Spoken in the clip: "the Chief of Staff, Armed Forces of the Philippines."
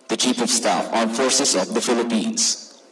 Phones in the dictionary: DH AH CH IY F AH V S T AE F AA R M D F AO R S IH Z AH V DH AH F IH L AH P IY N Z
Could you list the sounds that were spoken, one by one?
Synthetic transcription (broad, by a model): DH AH CH IY P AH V S T AE F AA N F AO R S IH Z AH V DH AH F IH L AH P IY N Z